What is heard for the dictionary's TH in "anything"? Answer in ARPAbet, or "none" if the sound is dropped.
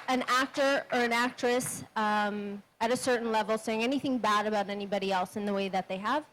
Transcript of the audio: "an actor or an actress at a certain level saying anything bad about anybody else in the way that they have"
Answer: TH